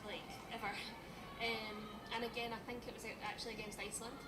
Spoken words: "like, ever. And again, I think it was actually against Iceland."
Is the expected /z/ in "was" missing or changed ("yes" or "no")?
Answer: no